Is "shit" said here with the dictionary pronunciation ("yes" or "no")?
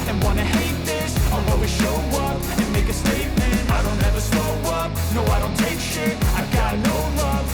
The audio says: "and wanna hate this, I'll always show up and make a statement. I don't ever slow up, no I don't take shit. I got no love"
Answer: no